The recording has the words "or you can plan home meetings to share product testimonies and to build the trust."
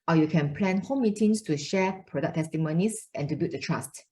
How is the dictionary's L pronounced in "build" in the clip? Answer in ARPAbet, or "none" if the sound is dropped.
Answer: none